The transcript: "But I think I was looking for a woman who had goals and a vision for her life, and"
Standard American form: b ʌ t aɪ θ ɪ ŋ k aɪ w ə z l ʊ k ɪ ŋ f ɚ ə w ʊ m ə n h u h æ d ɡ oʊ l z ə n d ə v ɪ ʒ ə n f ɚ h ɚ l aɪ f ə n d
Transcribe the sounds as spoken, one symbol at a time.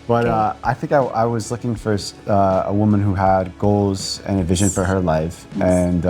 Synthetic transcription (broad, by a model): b ʌ t aɪ θ ɪ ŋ k aɪ w ə z l ʊ k ɪ ŋ f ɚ ə w ʊ m ə n h u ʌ d ɡ oʊ l z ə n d ə v ɪ ʒ ə n f ɚ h ɚ l aɪ f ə n